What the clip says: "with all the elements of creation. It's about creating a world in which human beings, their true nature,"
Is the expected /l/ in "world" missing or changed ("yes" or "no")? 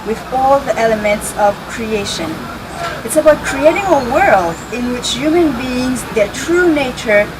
no